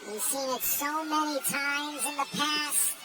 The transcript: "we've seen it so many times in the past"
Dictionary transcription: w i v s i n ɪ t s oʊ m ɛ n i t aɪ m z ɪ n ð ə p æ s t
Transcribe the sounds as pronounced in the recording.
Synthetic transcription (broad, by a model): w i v s i n ɪ t s oʊ m ɛ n i t aɪ m z ɪ n ð ə p æ s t